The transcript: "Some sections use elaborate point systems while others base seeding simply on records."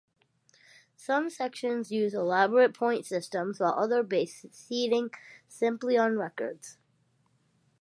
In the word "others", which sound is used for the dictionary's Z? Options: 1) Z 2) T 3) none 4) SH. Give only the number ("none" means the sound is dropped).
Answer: 3